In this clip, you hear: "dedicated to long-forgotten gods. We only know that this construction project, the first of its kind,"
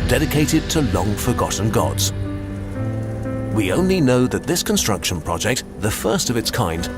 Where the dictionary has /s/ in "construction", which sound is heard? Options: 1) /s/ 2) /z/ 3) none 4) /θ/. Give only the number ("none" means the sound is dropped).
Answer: 1